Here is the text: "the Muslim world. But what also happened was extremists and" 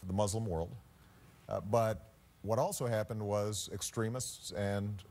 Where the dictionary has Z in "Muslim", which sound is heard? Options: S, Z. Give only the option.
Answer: Z